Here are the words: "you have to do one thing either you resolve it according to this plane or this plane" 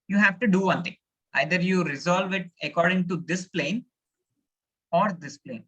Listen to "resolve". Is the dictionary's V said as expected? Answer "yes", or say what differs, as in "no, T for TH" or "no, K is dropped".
yes